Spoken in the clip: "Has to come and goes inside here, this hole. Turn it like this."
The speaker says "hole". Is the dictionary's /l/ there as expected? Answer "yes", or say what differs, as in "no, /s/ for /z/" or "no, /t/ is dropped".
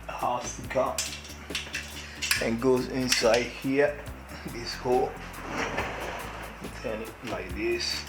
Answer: no, /n/ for /l/